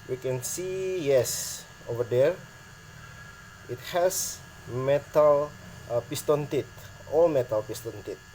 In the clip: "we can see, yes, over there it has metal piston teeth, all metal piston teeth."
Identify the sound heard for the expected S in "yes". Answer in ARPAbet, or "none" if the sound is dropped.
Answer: S